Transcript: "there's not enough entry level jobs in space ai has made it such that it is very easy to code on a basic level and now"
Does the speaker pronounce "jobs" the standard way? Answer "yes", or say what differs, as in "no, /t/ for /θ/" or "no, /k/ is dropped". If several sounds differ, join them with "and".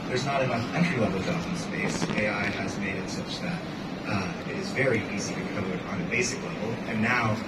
no, /b/ is dropped